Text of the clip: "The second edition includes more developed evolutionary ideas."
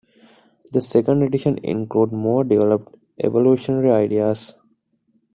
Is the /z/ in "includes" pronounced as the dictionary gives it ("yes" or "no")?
no